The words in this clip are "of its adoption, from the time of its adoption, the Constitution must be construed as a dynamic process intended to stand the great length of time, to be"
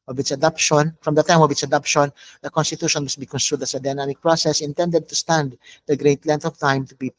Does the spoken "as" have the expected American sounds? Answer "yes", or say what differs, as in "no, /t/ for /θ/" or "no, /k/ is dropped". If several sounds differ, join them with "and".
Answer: no, /s/ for /z/